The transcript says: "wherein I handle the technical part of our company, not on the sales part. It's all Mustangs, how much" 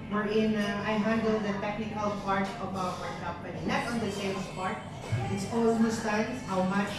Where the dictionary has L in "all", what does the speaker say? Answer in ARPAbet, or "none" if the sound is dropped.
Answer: W